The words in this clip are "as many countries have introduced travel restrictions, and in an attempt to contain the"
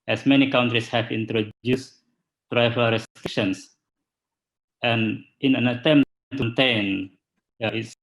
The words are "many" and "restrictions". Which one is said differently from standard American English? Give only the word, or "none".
restrictions